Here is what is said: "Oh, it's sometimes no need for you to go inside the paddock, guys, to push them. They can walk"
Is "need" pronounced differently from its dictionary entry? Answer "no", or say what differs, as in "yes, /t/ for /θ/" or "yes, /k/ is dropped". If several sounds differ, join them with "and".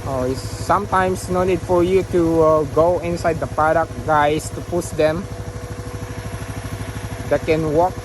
yes, /l/ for /n/